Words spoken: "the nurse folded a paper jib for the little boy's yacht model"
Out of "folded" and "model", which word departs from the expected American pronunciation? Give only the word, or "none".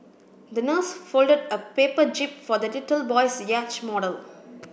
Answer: none